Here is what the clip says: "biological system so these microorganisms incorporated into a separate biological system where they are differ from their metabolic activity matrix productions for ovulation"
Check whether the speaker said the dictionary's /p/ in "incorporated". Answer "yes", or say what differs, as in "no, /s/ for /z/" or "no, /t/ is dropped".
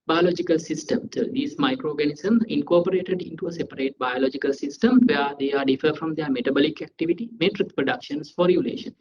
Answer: yes